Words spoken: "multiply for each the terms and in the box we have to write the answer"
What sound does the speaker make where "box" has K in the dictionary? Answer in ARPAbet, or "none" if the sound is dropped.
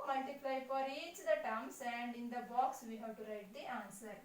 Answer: K